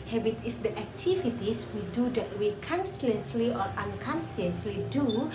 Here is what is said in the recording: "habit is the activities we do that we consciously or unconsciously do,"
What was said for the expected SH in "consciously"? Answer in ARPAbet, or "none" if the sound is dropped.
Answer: S